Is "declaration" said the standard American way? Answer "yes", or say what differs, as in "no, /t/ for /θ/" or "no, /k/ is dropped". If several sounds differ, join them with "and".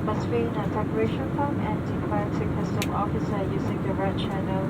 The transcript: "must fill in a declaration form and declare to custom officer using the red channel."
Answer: no, /l/ is dropped